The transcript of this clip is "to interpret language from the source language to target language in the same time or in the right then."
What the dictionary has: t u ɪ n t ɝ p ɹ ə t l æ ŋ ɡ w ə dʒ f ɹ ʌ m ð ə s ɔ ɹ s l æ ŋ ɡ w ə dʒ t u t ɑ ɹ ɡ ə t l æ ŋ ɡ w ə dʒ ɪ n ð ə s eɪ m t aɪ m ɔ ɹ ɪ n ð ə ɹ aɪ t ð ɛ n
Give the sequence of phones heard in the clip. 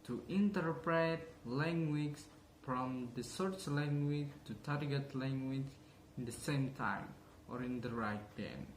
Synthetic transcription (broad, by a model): t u ɪ n t ɝ p ɹ ə t l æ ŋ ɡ w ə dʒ f ɹ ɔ m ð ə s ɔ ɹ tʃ l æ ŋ ɡ w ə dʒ t u t ɑ ɹ ɡ ə t l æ ŋ ɡ w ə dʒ ɪ n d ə s eɪ m t aɪ m ɔ ɹ ɪ n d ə ɹ aɪ t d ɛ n